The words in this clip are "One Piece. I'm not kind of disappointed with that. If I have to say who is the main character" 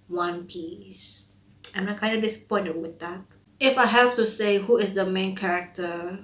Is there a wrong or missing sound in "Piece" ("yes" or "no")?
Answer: no